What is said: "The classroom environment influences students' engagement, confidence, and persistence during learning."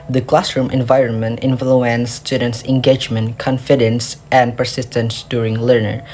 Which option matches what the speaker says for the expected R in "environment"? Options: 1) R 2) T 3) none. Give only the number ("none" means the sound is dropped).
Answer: 1